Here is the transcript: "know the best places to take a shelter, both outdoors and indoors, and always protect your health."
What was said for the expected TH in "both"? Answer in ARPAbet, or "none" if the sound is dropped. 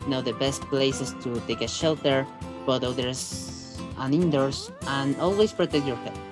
T